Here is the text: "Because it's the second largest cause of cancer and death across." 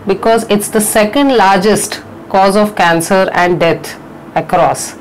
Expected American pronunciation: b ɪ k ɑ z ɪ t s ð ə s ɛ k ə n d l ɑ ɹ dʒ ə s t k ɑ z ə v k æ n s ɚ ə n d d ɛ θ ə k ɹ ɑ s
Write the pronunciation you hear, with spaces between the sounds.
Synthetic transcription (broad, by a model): b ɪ k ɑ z ɪ t s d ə s ɛ k ə n d l ɑ ɹ dʒ ə s t k ɑ z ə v k æ n s ɚ ə n d d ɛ t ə k ɹ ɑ s